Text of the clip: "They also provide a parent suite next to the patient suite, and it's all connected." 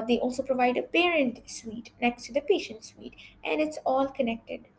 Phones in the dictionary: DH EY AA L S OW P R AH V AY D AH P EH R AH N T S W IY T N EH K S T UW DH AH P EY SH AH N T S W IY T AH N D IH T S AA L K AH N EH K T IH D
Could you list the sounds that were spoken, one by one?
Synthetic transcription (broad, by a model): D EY AA L S OW P R AH V AY D AH P EH R AH N T S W IY T N EH K S T UW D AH P EY SH AH N T S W IY T AH N D IH T S AA L K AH N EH K T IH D